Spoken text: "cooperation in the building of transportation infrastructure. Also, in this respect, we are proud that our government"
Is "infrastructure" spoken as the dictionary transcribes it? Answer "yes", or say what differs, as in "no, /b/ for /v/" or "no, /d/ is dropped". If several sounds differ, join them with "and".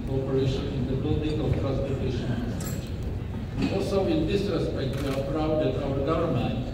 no, /k/ is dropped